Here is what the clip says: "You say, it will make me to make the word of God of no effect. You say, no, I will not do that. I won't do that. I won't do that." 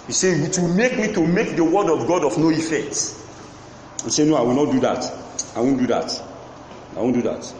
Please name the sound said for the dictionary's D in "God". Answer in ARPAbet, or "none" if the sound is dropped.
D